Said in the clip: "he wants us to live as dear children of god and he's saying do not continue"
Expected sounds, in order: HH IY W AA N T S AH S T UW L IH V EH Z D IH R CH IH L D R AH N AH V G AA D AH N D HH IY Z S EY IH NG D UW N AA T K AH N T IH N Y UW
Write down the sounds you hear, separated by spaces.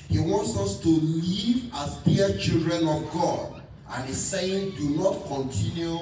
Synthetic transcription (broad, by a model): HH IY W AA N T S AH S T UW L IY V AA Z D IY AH CH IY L D R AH N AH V G AA D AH N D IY S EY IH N D UW N AA T K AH N T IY N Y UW